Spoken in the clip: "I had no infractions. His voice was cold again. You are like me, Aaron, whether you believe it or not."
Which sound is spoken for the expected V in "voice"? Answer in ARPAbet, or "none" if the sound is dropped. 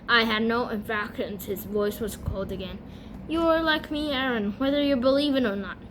V